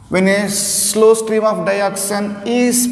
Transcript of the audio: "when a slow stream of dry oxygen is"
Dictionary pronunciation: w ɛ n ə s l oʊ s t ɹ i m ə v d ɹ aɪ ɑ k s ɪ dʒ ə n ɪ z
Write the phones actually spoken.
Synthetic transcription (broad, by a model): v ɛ n ə s l oʊ s t ɹ i m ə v d aɪ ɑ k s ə n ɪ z